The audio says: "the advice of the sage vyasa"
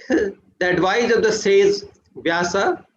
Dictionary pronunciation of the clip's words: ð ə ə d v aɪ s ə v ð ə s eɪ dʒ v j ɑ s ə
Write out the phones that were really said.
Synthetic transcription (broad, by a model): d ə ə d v aɪ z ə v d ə s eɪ z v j ɑ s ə